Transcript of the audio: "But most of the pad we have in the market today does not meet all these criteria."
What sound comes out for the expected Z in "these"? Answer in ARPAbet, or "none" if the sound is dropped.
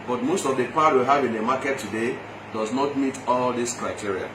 S